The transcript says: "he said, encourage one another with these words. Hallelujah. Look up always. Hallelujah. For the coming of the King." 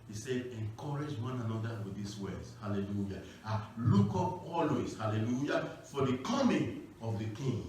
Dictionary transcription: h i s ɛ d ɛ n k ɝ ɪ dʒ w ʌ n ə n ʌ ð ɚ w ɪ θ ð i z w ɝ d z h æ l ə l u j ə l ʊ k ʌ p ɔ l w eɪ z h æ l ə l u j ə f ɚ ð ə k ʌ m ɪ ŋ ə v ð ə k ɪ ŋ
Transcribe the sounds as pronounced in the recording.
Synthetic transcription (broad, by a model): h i s ɛ d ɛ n k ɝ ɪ dʒ w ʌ n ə n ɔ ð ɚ w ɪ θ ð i s w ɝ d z h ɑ l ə l u j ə l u k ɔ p ɔ l w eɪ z h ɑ l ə l u j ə f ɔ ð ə k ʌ m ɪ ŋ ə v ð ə k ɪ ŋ